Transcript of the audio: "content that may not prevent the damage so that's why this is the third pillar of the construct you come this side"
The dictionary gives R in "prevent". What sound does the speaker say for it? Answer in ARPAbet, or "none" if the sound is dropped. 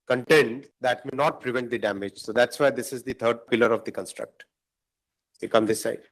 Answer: R